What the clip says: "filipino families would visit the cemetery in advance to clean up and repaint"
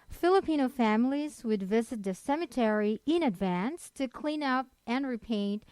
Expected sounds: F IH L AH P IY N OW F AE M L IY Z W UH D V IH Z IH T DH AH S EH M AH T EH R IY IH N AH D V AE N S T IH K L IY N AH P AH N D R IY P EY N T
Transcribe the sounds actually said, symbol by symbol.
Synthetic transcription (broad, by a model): F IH L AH P IY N OW F AE M L IY Z W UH D V IH Z IH T DH AH S EH M AH T EH R IY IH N AH D V AE N S T IH K L IY N AH P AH N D R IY P EY N T